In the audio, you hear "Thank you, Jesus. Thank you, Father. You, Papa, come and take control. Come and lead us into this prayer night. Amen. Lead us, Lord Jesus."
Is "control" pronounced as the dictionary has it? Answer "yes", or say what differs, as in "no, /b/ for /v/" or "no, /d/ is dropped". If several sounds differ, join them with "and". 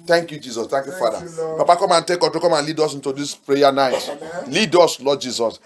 no, /n/ is dropped and /ɹ/ is dropped